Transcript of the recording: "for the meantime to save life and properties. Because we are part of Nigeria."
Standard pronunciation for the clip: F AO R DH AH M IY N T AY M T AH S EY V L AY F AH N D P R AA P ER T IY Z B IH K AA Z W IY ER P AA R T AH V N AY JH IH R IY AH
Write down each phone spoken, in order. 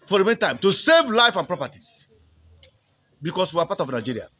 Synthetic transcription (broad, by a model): F AO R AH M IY N T AY M T AH S EY V L AY F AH N P R AA P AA T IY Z B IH K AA S W IY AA P AA T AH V N AY JH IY R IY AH